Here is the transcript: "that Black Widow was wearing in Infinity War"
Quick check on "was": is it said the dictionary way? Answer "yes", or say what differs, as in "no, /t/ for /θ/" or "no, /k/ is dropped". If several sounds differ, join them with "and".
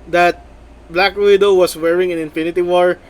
no, /s/ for /z/